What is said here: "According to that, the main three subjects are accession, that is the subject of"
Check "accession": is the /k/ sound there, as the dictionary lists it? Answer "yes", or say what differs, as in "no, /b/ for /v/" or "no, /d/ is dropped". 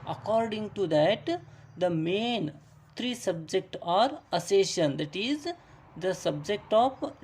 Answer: no, /k/ is dropped